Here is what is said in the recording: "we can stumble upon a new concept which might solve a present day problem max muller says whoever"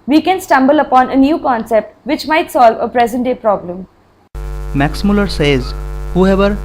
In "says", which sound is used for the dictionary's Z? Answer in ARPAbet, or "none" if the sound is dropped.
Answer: Z